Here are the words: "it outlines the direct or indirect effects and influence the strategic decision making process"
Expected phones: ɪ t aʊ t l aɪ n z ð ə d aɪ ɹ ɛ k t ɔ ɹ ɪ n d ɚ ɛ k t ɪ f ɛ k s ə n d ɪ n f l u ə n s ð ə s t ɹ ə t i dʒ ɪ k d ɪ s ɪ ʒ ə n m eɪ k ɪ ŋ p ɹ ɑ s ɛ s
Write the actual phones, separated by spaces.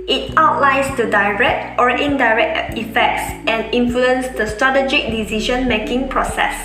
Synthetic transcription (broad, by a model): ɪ t aʊ t l aɪ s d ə d aɪ ɹ ɛ k t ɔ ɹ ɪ n d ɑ ɛ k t ɪ f ɛ k s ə n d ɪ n f l u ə n s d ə s t ɹ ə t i dʒ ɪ k d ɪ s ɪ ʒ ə n m eɪ k ɪ ŋ p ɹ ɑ s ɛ s